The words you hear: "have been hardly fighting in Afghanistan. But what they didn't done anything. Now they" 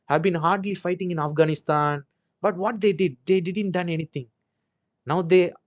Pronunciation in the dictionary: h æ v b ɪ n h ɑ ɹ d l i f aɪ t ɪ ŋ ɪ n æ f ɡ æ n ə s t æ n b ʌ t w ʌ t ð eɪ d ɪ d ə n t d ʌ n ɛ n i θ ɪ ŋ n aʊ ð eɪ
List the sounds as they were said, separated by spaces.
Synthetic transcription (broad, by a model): h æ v b ɪ n h ɑ ɹ d l i f aɪ t ɪ ŋ ɪ n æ f ɡ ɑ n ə s t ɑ n b ʌ t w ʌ t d eɪ d ɪ d ə n t d ʌ n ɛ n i t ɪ ŋ n aʊ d eɪ